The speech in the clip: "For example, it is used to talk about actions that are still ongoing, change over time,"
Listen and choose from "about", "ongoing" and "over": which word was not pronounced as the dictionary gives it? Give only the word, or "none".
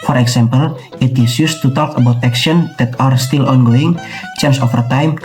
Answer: over